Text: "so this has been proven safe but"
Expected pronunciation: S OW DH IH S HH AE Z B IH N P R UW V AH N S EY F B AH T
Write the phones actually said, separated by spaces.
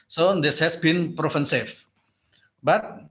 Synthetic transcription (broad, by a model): S OW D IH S HH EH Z B IH N P R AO F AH N S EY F B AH T